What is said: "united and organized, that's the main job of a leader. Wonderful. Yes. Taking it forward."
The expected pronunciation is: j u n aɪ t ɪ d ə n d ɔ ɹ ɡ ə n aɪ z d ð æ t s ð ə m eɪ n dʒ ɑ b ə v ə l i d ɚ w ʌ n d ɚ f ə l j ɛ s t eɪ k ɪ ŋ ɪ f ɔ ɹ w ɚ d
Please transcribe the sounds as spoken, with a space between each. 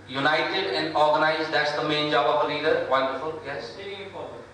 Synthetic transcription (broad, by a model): j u n aɪ t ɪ d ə n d ɔ ɹ ɡ ə n aɪ z d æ t s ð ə m eɪ n dʒ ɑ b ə b ə l i d ɚ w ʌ n d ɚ f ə l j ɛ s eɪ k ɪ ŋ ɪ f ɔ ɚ